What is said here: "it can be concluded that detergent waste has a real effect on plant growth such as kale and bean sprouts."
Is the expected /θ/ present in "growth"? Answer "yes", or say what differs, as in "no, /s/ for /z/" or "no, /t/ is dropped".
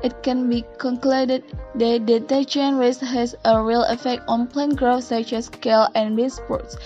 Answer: no, /f/ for /θ/